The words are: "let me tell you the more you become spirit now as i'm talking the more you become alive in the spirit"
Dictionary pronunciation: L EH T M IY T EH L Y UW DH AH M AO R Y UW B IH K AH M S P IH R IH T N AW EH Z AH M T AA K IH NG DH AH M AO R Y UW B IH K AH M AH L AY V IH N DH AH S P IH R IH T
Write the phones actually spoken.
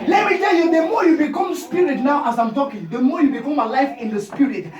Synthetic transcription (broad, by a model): L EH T M IY T EH L Y UW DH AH M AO Y UW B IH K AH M S P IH R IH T N AW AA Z AH M T AA K IH NG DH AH M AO Y UW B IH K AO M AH L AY F IH N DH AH S P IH R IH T